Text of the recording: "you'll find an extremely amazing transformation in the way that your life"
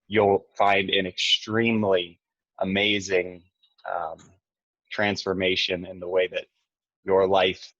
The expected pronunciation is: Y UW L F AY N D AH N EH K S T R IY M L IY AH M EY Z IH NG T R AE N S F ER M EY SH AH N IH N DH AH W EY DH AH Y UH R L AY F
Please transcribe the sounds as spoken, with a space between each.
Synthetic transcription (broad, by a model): Y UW L F AY N D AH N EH K S T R IY M L IY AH M EY Z IH NG T R AE N S F ER M EY SH AH N IH N DH AH W EY DH AH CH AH R L AY F